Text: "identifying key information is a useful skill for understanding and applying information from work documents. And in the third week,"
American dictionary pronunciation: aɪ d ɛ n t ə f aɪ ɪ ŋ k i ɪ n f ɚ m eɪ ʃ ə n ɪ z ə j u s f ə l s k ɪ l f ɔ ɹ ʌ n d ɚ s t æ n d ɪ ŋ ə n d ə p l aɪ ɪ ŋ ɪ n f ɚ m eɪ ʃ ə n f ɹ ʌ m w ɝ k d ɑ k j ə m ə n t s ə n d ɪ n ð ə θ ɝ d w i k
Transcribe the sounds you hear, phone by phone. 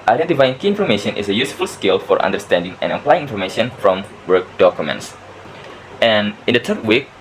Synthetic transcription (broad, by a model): aɪ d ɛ n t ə f aɪ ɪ ŋ k i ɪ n f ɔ m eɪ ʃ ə n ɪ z ə j u s f ə l s k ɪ l f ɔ ɹ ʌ n d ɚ s t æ n d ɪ ŋ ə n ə p l aɪ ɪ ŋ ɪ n f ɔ m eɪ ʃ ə n f ɹ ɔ m w ɝ k d ɑ k j ə m ə n t s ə n ɪ n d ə t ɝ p w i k